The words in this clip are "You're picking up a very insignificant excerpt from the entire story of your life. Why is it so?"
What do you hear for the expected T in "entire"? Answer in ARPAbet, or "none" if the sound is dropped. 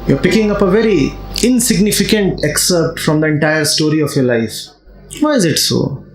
T